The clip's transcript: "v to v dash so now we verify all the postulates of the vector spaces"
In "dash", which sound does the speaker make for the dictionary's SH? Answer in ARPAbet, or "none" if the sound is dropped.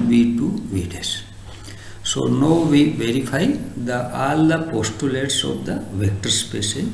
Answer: S